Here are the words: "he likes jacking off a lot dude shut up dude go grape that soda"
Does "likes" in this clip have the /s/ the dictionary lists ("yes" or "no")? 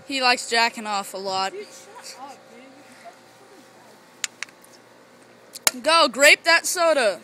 yes